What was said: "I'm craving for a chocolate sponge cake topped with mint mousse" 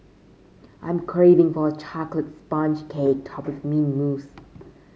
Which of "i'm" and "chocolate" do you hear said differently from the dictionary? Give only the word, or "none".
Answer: none